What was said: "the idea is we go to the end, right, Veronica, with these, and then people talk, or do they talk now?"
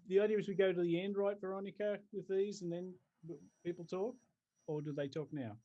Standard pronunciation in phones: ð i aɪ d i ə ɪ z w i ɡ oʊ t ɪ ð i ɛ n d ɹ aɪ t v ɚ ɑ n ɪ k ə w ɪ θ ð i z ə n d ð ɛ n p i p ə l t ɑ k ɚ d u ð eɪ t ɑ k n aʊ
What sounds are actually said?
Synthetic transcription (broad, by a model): ð i aɪ d i ə ɪ z w i ɡ oʊ t ɪ ð i ɛ n d ɹ aɪ t v ɚ ɑ n ɪ k ə w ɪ ð i z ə n ð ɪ n p i p l t ɑ k ɚ d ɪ ð eɪ t ɑ k n aʊ